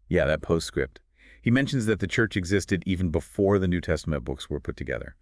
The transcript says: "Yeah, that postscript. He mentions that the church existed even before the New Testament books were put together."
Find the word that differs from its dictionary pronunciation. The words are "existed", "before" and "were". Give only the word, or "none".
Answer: none